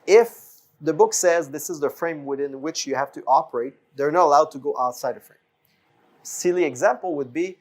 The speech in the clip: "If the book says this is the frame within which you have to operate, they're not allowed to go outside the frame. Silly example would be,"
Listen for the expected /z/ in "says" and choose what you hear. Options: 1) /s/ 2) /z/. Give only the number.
2